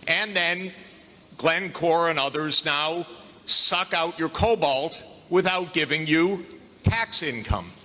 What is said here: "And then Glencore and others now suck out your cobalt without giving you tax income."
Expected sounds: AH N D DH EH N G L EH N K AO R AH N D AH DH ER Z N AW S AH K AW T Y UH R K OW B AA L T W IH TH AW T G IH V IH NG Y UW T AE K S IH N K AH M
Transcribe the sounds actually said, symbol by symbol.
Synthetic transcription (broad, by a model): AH N DH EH N G L EH N K AO R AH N AH DH ER Z N AW S AH K AW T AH R K OW B AA L T W IH TH AW T G IH V IH NG Y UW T AE K S IH N K AH M